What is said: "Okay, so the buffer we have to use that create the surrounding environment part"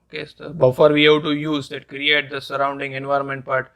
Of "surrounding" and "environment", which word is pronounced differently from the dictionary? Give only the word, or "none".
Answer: none